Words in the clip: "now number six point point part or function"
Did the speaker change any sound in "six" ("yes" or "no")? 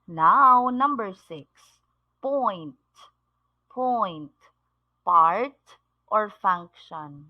no